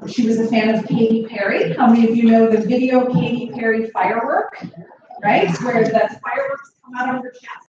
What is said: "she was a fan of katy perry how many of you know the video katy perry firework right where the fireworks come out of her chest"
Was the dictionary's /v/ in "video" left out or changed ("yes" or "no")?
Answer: no